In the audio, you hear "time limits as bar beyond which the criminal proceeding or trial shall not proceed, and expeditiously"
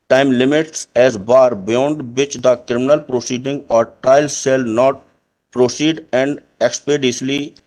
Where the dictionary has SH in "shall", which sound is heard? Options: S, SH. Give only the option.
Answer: S